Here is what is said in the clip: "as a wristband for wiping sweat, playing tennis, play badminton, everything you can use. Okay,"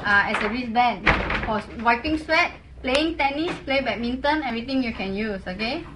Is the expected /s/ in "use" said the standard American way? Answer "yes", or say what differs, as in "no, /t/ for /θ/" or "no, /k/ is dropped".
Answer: yes